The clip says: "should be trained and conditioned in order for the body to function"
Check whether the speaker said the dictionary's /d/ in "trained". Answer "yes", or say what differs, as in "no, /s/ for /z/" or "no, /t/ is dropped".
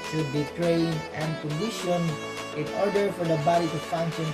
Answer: no, /d/ is dropped